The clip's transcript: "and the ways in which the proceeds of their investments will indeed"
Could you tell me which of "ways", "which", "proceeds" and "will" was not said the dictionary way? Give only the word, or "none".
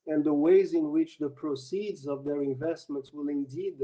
none